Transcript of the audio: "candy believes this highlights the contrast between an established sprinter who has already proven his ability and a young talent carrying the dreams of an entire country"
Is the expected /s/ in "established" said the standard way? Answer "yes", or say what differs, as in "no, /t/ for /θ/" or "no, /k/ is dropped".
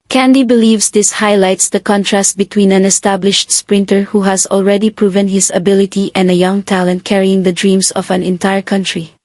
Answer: yes